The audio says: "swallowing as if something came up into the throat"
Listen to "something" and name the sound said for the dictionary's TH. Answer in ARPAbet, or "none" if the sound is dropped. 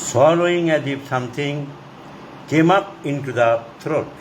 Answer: T